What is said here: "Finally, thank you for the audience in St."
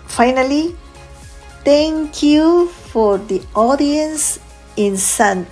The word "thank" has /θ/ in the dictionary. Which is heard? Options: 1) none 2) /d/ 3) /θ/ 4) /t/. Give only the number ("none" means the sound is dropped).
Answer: 4